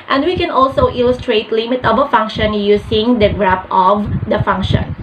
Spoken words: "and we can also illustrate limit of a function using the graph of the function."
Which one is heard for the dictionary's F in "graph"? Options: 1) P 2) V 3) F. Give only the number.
1